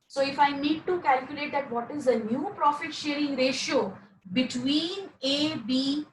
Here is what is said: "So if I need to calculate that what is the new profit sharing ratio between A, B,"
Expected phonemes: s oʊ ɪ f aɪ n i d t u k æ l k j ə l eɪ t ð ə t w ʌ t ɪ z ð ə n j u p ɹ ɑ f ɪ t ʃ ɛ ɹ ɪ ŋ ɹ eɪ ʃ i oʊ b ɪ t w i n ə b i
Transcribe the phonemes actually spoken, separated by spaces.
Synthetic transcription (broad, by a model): s oʊ ɪ f aɪ n i d t u k æ l k j ə l eɪ t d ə t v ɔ t ɪ z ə n j u p ɹ ɑ f ɪ t ʃ ɛ ɹ ɪ ŋ ɹ eɪ ʃ i oʊ b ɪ t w i n ə b i